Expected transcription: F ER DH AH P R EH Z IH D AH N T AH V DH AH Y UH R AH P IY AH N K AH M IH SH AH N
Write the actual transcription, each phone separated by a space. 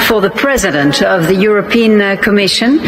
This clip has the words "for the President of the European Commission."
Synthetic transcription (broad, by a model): F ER DH AH P R EH Z IH D AH N T AH V DH AH Y UH R AH P IY AH N K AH M IH SH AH N